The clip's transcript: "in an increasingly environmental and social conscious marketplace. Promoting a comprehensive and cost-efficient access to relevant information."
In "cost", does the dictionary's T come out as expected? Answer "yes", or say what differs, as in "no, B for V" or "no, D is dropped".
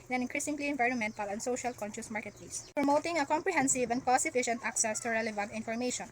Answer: no, T is dropped